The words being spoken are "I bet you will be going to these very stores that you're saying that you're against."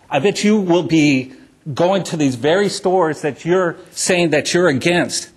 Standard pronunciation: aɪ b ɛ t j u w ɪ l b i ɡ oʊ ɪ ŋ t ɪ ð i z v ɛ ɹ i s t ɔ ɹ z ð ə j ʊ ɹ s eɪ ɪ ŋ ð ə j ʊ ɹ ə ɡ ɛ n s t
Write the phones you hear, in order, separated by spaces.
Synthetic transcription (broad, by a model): aɪ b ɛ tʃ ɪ w ɪ l b i ɡ oʊ ɪ ŋ t ɪ ð i z v ɛ ɹ i s t ɔ ɹ z ð ə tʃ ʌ ɹ s eɪ ɪ ŋ ð ə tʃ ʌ ɹ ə ɡ ɛ n s t